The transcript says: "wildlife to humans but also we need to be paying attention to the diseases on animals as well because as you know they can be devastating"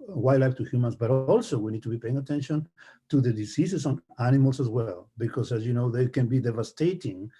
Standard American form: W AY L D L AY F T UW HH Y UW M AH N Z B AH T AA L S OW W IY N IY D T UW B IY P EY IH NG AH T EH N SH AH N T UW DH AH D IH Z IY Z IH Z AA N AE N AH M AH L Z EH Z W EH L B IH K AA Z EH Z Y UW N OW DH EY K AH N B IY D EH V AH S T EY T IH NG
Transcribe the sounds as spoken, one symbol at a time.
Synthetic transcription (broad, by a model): W AY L L AY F T UW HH Y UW M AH N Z B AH T AA L S OW W IY N IY D T UW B IY P EY IH NG AH T EH N SH AH N T UW DH AH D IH S IY S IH S AA N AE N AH M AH L S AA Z W EH L B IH K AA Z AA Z Y UW N OW DH EY K AH N B IY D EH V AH S T EY T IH NG